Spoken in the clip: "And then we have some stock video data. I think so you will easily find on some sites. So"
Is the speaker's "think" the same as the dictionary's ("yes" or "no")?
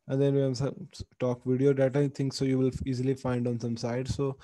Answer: no